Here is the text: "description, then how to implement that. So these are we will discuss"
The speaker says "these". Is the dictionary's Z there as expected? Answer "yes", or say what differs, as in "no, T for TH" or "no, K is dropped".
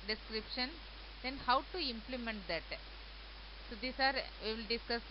no, S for Z